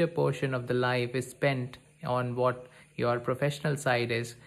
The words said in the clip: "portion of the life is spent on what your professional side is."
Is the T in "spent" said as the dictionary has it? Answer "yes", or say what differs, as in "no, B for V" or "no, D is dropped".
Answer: yes